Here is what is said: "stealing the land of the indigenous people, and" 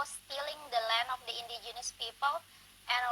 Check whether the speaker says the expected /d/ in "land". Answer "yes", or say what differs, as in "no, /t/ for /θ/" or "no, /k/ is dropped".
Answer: no, /d/ is dropped